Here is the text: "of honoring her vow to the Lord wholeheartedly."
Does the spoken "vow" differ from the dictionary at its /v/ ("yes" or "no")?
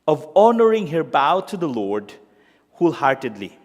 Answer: yes